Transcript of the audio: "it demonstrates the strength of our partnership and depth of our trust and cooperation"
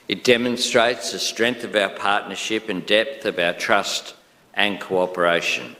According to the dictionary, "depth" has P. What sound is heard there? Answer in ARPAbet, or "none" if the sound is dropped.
P